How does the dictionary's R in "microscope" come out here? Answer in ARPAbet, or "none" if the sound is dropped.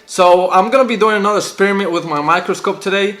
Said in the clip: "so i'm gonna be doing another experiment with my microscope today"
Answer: R